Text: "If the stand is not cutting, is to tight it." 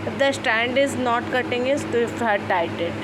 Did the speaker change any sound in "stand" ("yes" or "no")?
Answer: no